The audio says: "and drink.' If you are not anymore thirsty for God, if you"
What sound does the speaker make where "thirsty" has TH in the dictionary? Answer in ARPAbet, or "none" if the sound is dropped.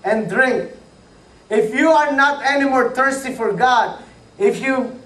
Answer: T